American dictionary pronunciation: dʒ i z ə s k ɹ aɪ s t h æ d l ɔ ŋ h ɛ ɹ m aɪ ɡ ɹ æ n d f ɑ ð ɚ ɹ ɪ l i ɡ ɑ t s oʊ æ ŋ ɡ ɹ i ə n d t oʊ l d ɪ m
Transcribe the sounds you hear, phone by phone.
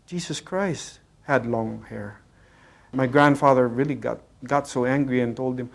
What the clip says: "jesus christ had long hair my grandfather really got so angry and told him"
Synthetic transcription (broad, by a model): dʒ i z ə s k ɹ aɪ s t h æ d l ɔ ŋ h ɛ ɹ m aɪ ɡ ɹ æ n d f ɑ ð ɚ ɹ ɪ l i ɡ ɑ t s oʊ æ ŋ ɡ ɹ i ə n t oʊ l d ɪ m